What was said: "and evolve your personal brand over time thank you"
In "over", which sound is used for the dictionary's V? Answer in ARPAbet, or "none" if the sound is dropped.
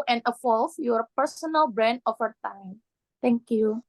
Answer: F